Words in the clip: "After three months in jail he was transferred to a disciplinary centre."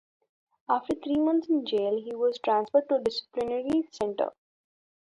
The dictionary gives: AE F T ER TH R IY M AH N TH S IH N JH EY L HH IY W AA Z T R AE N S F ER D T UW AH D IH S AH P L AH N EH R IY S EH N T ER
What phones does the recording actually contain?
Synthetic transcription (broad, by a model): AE F T ER T R IY M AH N T S IH N JH EY L HH IY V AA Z T R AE N S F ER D T UW D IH S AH P L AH N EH R IY S EH N T ER